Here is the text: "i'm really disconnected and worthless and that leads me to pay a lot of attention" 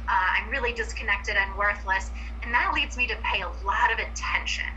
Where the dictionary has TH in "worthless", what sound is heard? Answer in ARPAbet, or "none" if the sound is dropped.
TH